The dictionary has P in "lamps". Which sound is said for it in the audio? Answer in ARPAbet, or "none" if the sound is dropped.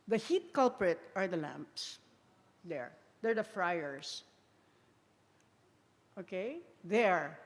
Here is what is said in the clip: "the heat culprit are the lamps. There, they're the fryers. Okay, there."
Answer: P